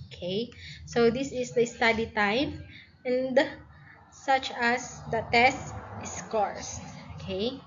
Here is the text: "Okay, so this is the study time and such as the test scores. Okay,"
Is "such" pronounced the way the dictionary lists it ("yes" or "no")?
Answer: yes